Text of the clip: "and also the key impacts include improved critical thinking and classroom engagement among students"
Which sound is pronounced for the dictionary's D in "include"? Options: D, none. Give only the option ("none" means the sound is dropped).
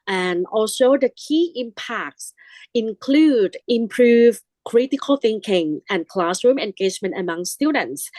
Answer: D